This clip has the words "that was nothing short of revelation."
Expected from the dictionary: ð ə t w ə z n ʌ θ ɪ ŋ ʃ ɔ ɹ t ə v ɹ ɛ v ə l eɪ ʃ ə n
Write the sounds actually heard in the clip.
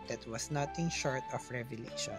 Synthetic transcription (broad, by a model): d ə t w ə s n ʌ t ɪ ŋ ʃ ɔ ɹ t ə f ɹ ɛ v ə l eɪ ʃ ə n